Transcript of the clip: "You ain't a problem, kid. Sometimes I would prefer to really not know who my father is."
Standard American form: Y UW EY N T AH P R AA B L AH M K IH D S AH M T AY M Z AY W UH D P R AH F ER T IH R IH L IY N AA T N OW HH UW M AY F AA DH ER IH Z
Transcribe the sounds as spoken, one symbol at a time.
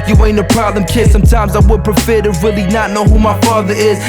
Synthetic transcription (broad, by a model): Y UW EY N AH P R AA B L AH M K IH D S AH M T AY M Z AY W UH D P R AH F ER T IH R IH L IY N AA T N OW HH UW M AY F AA DH ER IH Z